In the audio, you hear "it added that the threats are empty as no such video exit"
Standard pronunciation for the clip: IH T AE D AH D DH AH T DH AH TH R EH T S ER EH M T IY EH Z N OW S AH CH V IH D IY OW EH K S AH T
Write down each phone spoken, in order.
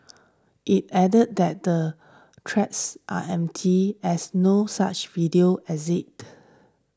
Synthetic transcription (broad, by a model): IH T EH D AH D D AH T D AH T R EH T S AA EH M T IY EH S N OW S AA CH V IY D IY OW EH S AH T